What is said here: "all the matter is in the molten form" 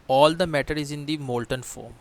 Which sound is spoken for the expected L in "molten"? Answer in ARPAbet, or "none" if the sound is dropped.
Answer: L